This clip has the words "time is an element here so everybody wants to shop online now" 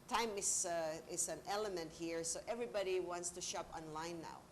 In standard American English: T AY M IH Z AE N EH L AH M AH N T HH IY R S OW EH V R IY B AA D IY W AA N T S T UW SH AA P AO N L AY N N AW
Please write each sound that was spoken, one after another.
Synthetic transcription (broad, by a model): T AY M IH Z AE N EH L AH M AH N T HH IY R S OW EH V R IY B AA D IY W AA N T S T UW SH AA P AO N L AY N N AW